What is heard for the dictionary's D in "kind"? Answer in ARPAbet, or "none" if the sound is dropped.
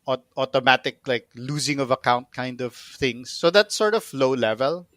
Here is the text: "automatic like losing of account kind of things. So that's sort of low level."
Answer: D